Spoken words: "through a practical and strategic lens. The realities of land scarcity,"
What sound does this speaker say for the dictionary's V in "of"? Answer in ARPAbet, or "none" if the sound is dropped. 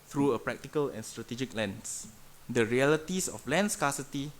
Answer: F